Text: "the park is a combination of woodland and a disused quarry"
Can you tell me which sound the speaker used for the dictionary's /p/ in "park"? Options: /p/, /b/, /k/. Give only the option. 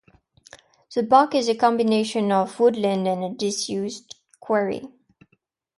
/b/